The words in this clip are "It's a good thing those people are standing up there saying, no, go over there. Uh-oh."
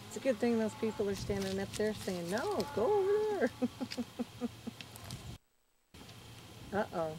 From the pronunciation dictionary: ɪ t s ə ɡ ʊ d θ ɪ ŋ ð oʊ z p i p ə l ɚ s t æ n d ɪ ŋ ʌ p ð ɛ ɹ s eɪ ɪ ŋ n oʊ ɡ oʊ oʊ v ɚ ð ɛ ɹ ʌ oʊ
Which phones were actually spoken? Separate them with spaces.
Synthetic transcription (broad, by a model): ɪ t s ə ɡ ʊ d θ ɪ ŋ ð oʊ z p i p l ɚ s t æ n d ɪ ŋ ʌ p ð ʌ ɹ s eɪ ɪ ŋ n oʊ ɡ oʊ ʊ ɚ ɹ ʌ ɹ ʌ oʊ